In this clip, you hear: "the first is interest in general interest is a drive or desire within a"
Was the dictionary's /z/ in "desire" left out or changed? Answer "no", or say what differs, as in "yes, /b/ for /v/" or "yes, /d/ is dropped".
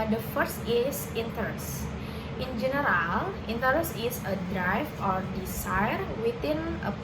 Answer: yes, /s/ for /z/